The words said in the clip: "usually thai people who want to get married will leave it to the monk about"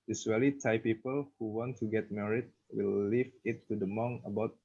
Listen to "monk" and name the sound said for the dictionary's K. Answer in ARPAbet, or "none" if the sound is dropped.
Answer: none